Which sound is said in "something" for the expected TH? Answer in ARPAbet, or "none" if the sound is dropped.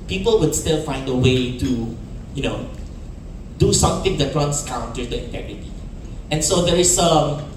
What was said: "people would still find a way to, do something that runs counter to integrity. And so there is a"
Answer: T